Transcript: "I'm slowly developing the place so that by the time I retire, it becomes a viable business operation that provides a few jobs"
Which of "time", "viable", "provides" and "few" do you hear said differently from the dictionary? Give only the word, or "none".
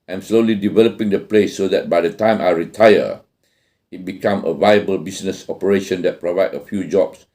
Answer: provides